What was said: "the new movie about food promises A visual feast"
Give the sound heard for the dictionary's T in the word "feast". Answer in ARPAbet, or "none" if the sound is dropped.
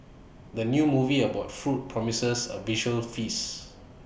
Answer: none